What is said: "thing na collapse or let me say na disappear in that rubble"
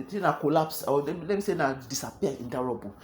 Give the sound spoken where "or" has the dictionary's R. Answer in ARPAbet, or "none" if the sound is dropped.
L